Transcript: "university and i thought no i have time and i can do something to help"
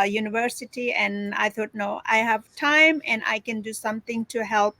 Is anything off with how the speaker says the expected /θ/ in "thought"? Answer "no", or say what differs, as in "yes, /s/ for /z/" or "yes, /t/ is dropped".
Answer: yes, /t/ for /θ/